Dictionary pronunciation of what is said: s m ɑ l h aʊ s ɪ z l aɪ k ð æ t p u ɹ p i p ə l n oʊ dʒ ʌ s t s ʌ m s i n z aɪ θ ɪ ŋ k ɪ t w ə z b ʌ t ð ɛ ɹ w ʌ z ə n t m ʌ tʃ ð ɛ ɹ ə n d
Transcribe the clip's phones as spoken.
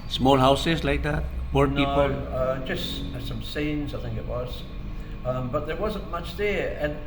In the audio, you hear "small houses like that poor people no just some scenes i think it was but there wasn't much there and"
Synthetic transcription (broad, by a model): s m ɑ l h aʊ s ɪ z l aɪ k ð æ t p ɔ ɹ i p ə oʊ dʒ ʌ s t s ʌ m s i n z aɪ θ ɪ ŋ k ɪ t w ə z b ʌ t ð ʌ ɹ w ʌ z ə n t m ʌ tʃ ð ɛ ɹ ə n